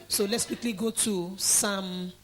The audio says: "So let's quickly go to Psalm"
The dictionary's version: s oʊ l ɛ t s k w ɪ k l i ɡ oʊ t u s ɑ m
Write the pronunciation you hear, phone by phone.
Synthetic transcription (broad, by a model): s oʊ l ɛ t s k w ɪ k l i ɡ oʊ t u s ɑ m